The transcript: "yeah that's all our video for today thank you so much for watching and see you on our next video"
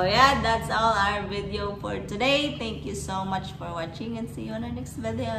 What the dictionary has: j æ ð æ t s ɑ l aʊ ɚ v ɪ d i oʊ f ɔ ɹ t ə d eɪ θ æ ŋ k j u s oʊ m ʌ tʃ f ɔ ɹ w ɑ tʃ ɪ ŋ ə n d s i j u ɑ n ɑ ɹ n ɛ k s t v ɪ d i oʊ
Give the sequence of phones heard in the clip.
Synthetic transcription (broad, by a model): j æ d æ t s ɑ l aʊ ɚ v ɪ d i oʊ f ɔ ɹ t ə d eɪ t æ ŋ k j u s oʊ m ʌ tʃ f ɔ ɹ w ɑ tʃ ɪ ŋ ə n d s i j u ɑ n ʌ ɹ n ɛ k s t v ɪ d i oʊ